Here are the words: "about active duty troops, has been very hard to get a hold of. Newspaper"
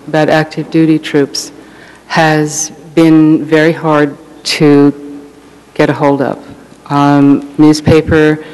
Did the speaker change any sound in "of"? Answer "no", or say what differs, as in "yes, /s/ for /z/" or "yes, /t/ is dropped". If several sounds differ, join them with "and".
yes, /p/ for /v/